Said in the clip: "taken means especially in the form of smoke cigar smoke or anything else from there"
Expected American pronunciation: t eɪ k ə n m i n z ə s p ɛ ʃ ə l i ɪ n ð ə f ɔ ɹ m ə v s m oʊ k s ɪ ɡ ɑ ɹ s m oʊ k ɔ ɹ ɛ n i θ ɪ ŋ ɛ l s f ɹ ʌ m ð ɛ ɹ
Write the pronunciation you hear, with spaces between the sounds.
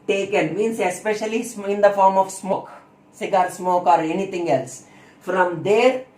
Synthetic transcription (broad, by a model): t eɪ k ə n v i n s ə s p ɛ ʃ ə l i ɪ n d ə f ɔ ɹ m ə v s m oʊ k s ɪ ɡ ɑ ɹ s m oʊ k ɔ ɹ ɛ n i t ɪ ŋ ɛ l s f ɹ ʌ m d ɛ ɹ